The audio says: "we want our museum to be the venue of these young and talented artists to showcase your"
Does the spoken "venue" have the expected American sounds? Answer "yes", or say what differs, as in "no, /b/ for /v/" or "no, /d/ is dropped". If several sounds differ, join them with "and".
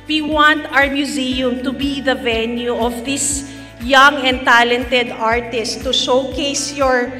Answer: yes